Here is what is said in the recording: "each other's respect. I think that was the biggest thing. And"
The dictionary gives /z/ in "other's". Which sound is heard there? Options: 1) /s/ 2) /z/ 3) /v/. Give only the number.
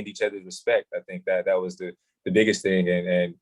2